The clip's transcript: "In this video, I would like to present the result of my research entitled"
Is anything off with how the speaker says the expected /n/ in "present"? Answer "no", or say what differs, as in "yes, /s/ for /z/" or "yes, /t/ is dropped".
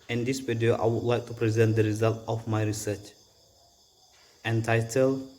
no